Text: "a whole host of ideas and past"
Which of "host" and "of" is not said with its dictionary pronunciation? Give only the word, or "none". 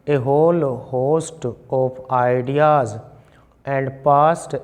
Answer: of